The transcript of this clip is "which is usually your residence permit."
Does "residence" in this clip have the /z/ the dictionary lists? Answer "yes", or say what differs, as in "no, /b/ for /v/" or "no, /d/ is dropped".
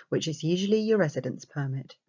yes